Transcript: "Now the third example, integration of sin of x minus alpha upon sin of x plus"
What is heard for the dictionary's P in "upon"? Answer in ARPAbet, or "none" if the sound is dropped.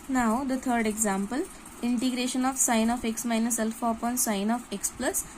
P